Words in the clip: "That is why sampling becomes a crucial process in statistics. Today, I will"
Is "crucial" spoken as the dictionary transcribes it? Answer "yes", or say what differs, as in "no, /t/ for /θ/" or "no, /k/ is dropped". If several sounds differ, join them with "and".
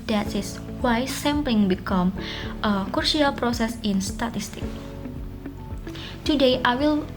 no, /ʃ/ is dropped